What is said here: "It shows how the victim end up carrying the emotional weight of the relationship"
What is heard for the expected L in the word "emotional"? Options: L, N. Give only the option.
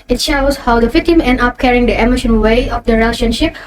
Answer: N